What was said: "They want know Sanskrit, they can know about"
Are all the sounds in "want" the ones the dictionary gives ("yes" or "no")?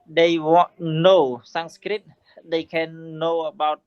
no